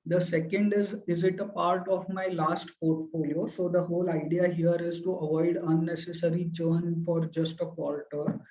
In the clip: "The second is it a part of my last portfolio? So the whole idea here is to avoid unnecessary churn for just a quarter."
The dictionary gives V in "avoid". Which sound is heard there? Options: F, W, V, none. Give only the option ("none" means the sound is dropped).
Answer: V